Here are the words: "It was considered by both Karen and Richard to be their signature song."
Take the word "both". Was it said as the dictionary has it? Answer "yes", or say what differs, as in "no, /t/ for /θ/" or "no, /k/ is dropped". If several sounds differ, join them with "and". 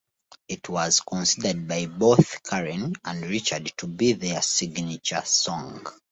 yes